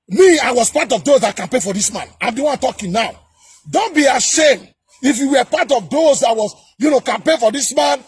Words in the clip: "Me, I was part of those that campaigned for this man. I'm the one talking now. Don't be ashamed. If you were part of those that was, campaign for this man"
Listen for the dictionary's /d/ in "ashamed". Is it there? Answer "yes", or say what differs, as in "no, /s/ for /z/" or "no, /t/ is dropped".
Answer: yes